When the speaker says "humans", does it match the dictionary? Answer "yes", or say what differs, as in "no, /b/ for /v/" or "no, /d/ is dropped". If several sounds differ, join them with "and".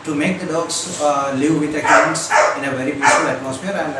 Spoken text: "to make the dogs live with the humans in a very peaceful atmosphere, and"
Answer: no, /m/ is dropped and /s/ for /z/